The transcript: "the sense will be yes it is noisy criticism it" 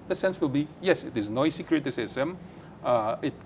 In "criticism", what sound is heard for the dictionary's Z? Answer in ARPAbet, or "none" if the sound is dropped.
S